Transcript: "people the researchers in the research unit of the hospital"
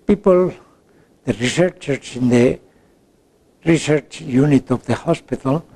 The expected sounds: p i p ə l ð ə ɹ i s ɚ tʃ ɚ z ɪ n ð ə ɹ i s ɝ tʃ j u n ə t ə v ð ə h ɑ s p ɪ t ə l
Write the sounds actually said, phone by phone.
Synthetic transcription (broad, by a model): p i p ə l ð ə ɹ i s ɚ tʃ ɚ s ɪ n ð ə ɹ i s ɝ tʃ j u n ə t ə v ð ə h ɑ s p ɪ t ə l